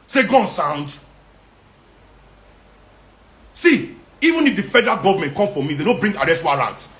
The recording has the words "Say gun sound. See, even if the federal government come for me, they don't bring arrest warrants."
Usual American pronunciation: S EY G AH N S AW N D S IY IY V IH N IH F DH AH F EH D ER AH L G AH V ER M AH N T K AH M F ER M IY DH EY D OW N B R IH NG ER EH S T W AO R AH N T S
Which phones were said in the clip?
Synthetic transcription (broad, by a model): S EY G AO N S AW N D S IY IY V IH N IH F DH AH F EH D ER AH L G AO V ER M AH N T K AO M F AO M IY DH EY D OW B R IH NG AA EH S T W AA R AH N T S